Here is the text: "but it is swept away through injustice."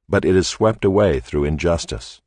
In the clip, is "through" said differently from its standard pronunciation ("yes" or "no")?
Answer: no